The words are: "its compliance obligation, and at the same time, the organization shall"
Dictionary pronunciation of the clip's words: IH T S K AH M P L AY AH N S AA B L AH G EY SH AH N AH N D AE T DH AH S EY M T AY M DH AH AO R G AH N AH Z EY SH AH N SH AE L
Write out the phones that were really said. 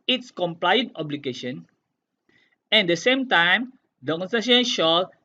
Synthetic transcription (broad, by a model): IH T S K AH M P L AY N AA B L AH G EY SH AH N AH N D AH S EY M T AY M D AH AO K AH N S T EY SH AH N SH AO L